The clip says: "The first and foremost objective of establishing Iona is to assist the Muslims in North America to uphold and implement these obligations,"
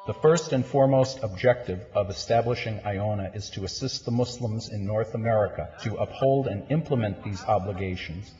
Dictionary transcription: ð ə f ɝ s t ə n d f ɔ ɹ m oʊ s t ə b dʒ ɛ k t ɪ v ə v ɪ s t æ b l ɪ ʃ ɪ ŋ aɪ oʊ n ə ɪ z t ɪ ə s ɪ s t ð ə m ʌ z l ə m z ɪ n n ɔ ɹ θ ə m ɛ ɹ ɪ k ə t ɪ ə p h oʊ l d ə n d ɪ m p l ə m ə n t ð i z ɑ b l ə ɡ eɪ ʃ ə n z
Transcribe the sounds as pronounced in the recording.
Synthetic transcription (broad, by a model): ð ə f ɝ s t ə n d f ɔ ɹ m oʊ s t ə b dʒ ɛ k t ɪ v ə v ɪ s t æ b l ɪ ʃ ɪ ŋ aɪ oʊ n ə ɪ z t ɪ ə s ɪ s t ð ə m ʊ s l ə m z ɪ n n ɔ ɹ θ ə m ɛ ɹ ɪ k ə t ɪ ə p h oʊ l d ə n ɪ m p l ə m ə n ð i z ɑ b l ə ɡ eɪ ʃ n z